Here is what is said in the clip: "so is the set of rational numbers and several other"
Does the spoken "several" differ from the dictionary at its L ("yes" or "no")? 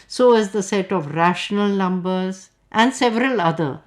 no